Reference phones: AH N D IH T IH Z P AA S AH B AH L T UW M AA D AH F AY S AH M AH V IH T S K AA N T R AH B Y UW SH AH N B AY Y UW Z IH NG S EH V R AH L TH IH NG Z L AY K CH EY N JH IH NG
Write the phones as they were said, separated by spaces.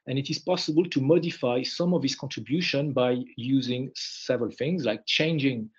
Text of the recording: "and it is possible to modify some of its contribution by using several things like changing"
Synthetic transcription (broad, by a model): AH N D IH T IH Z P AA S AH B AH L T UW M AA D AH F AY S AH M AH V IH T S K AA N T R AH B Y UW SH AH N B AY Y UW Z IH NG S EH V R AH L TH IH NG Z L AY K CH EY N JH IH NG